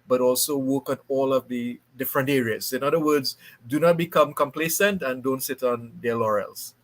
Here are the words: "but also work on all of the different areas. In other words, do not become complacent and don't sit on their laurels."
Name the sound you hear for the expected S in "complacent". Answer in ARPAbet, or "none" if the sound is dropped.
S